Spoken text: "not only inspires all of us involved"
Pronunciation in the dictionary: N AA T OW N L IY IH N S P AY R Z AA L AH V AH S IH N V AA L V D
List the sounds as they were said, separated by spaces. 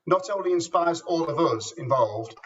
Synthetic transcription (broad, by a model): N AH T OW N L IY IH N S P AY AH Z AA L AH V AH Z IH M V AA L V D